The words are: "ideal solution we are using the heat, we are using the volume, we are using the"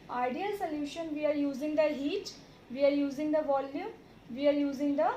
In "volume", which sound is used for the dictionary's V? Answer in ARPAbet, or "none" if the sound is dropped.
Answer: V